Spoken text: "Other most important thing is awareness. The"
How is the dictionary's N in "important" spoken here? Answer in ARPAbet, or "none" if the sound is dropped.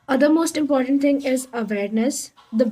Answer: N